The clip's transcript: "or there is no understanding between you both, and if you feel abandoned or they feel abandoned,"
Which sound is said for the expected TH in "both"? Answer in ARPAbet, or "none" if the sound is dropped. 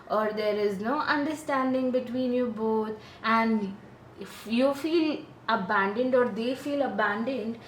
T